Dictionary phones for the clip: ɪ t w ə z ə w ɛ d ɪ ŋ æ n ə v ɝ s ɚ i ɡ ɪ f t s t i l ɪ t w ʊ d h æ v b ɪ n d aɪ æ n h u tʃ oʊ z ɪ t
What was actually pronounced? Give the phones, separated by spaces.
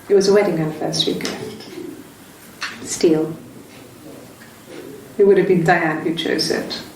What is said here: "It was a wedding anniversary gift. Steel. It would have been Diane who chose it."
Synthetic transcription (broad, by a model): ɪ t w ə z ə w ɛ d ɪ ŋ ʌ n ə f ɝ s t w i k s t i l ɪ t w ʊ d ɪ v b ɪ n d aɪ æ n h u tʃ oʊ z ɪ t